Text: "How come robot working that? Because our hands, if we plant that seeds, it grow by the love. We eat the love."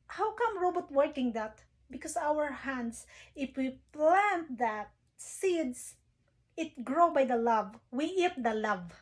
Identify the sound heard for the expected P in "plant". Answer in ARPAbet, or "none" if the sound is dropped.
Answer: P